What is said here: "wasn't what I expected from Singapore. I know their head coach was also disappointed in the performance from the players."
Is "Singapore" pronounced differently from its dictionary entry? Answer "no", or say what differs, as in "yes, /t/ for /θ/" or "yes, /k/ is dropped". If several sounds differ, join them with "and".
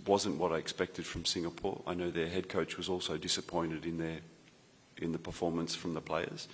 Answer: no